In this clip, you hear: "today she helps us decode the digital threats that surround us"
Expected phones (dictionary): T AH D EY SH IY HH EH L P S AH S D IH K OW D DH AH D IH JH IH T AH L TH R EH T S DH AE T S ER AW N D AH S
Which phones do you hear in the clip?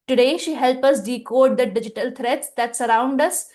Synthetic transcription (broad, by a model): T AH D EY SH IY HH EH L P AH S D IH K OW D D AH D IH JH IH T AH L T R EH T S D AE T S ER AW N D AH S